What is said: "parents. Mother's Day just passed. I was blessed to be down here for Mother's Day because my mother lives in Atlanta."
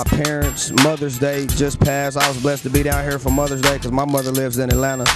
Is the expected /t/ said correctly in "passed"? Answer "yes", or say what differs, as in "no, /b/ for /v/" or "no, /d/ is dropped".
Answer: no, /t/ is dropped